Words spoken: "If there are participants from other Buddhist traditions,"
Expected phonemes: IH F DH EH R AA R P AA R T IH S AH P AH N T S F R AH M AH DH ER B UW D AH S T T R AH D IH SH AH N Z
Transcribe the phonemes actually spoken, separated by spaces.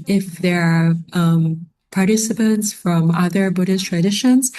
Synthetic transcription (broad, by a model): IH F DH EH R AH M P AA R T IH S AH P AH N T S F R AH M AH DH ER B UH D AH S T T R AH D IH SH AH N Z